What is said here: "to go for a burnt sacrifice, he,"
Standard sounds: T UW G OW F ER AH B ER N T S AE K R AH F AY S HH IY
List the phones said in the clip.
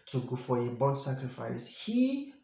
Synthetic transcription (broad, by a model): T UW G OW F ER AH B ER T S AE K R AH F AY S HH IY